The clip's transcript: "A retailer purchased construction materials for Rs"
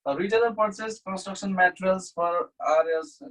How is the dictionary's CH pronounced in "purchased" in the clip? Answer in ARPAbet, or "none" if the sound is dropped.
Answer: S